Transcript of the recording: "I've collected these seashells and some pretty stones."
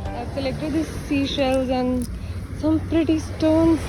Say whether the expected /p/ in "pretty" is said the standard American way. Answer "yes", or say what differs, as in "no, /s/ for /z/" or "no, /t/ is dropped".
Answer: yes